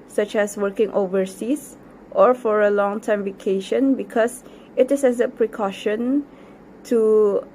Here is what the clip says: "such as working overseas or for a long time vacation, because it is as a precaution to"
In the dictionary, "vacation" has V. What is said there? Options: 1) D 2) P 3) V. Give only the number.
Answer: 3